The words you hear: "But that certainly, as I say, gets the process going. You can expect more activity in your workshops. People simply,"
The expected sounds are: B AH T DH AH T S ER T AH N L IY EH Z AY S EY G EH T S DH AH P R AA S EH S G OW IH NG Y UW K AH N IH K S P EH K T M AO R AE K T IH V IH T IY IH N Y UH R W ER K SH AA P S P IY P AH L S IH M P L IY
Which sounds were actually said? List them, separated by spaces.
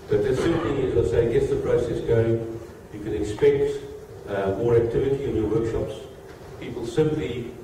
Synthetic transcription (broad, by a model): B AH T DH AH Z S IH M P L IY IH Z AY S EY G EH T S DH AH P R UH S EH S G OW IH NG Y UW K AH N IH K S P EH K T M AO R AE K T IH V IH T IY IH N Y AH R W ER K SH AA P S P IY P AH L S IH M P L IY